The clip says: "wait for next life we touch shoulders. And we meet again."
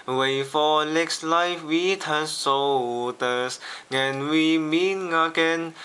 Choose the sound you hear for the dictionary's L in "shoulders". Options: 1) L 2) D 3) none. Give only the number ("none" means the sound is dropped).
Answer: 3